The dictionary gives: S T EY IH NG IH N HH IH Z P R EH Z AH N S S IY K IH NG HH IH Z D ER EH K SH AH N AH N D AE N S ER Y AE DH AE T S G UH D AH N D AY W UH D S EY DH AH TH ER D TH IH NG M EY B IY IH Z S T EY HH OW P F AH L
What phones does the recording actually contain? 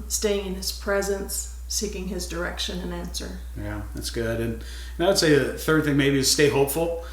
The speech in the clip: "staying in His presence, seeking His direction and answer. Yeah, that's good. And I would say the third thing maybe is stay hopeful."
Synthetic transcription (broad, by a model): S T EY IH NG IH N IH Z P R EH Z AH N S S IY K IH NG IH Z D ER EH K SH AH N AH N AE N S ER Y AE DH AE T S G UH D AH N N AY W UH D S EY DH AH TH ER D TH IH NG M EY B IY IH Z S T EY HH OW P F L